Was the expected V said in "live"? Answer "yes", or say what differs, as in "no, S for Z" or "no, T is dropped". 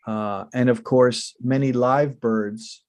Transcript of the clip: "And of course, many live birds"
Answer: yes